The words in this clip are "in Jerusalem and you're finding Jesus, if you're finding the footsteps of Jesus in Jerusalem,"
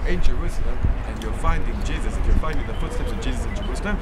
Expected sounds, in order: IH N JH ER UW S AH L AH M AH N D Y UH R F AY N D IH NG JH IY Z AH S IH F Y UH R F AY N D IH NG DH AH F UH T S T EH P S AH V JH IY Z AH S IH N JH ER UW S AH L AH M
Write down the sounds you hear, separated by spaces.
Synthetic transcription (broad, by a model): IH N JH ER UW S AH L AH M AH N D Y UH F AY N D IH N JH IY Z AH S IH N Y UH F AY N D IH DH DH AH F UH T S T EH P S AH V JH IY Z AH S IH N JH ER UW S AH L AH M